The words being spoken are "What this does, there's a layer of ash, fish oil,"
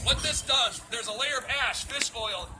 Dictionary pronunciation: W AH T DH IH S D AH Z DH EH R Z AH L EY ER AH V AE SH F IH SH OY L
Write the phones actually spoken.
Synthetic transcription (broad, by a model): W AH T DH IH S D AH Z DH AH R Z AH L EY ER AH V AE SH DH IH S OY L